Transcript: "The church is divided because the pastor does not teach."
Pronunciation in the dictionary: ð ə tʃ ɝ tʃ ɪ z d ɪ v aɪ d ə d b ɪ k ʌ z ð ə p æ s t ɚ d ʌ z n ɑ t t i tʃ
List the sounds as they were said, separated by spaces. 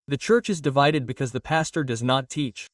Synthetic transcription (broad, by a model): ð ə tʃ ɝ tʃ ɪ z d ɪ v aɪ d ə d b ɪ k ʌ z ð ə p æ s t ɚ d ʌ z n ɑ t t i tʃ